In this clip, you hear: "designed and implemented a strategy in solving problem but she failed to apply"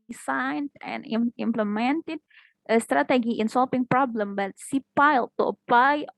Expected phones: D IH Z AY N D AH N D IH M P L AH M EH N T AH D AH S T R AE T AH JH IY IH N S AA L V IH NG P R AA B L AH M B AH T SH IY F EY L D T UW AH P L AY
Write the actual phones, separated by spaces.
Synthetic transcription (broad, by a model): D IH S AY N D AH N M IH M P L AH M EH N T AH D AH S T R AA T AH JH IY IH N S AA L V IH NG P R AA B L AH M B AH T S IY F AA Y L T UW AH P L AY